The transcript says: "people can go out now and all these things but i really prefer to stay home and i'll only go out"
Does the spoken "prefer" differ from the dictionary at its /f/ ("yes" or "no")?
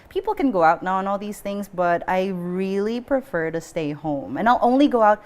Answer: no